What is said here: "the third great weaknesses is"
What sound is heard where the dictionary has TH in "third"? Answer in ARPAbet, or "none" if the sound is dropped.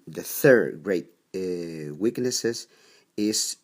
TH